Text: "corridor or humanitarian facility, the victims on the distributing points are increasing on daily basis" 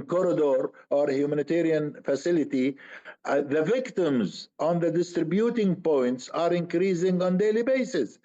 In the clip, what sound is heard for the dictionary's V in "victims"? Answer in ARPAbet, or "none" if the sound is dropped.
V